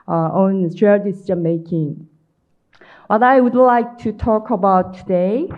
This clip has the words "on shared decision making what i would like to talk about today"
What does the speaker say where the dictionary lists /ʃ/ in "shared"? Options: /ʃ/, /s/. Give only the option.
/s/